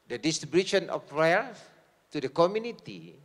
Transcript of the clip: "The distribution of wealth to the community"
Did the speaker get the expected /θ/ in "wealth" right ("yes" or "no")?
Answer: no